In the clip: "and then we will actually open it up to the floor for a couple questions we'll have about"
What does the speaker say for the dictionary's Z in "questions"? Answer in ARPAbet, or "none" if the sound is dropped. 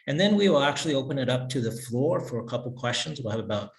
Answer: Z